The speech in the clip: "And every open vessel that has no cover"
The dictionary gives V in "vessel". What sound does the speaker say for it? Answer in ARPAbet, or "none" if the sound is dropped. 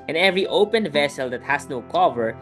V